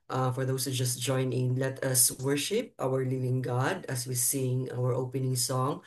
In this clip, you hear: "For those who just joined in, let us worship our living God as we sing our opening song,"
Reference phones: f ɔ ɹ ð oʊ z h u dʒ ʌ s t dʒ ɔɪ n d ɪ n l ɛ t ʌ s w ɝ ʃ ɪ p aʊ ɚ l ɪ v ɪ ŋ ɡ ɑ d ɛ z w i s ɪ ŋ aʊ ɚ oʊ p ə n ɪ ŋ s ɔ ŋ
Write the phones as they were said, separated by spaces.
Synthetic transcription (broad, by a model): f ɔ ɹ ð oʊ s h u dʒ ʌ s t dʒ ɔɪ n ɪ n l ɛ t ʌ s w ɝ ʃ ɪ p aʊ ɚ l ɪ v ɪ ŋ ɡ ɑ d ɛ s w i s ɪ ŋ aʊ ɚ oʊ p ə n ɪ ŋ s ɔ ŋ